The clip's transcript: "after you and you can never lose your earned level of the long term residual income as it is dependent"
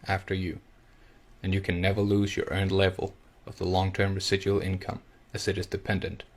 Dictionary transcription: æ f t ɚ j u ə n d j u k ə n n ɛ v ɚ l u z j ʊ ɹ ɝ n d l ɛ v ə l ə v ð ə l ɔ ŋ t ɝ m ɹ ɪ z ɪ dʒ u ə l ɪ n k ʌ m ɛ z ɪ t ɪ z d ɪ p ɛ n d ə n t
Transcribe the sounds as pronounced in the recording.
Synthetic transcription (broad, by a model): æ f t ɚ j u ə n j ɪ k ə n n ɛ v ɚ l u z j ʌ ɹ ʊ n l ɛ v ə l ə v ð ə l ɔ ŋ t ɝ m ɹ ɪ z ɪ dʒ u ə l ɪ n k ʌ m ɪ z ɪ t ɪ z d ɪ p ɛ n d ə n t